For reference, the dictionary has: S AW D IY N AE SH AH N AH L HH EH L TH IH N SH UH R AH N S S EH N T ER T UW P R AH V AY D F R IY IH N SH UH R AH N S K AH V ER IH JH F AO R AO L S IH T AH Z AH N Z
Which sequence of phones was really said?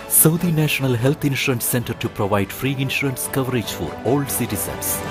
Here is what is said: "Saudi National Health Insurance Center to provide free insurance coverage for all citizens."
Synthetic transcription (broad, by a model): S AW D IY N AE SH AH N AH L HH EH L T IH N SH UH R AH N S S EH N T ER T UW P R AH V AY D F R IY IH N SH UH R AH N S K AH V ER IH JH F AO R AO L S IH T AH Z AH N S